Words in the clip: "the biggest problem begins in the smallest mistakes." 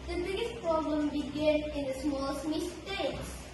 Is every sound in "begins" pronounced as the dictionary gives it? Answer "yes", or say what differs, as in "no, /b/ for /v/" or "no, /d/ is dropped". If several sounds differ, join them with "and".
no, /z/ is dropped